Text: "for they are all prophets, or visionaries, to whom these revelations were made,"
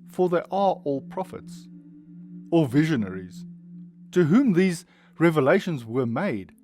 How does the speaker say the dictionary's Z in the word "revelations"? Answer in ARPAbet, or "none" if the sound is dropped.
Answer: Z